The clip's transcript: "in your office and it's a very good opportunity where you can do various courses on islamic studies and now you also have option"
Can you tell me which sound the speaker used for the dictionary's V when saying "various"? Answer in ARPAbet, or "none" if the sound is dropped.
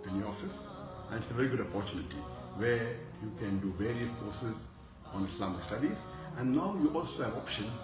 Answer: V